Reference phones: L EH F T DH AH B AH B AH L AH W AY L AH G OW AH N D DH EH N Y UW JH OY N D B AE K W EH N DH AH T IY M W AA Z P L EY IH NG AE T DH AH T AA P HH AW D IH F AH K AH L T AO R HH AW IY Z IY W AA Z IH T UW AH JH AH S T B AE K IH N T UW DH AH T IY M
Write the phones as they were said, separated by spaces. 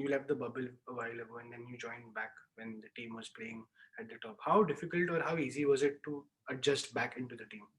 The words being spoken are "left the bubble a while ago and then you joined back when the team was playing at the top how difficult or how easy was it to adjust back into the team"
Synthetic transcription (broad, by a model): L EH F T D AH B AH B AH L AH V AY L AH G OW AH N D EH N Y UW JH OY N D B AE K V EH N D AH T IY M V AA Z P L EY IH NG AE T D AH T AA P HH AW D IH F AH K AH L T AO R HH AW IY Z IY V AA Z IH T UW AH JH AH S T B AE K IH N T UW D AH T IY M